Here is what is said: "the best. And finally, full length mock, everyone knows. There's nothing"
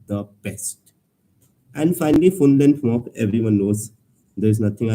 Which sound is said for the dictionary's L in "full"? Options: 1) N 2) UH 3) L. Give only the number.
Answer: 1